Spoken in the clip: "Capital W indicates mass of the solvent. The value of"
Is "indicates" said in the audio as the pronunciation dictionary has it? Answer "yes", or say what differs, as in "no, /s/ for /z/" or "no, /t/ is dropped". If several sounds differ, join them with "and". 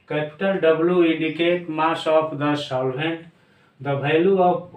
no, /s/ is dropped